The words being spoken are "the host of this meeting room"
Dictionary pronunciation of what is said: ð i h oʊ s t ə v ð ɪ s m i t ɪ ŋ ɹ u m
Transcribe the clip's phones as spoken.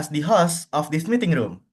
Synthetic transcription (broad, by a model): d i h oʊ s ə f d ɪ s m i t ɪ ŋ ɹ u m